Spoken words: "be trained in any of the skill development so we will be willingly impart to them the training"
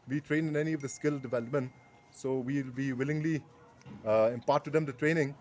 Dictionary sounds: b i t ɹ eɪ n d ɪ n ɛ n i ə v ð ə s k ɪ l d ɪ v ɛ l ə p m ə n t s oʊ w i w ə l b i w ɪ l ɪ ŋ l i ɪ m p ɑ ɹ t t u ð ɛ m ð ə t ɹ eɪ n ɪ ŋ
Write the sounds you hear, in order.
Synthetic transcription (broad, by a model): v i t ɹ eɪ n d ɪ n ɛ n i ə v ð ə s k ɪ l d ɪ v ɛ l ə p m ə n t s oʊ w i l b i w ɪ l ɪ ŋ l i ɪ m p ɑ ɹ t t u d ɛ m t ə t ɹ eɪ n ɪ ŋ